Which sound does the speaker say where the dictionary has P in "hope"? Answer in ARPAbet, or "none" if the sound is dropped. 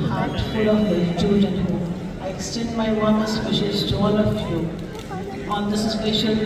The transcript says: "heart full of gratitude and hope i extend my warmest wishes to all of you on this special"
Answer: none